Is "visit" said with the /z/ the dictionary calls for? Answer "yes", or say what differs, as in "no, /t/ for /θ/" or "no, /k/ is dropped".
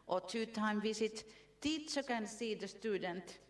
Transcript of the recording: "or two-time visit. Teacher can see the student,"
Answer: no, /s/ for /z/